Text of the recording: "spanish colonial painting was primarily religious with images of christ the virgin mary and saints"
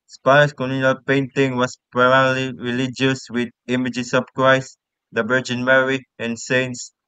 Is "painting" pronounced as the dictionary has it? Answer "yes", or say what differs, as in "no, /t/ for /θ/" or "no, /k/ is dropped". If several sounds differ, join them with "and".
yes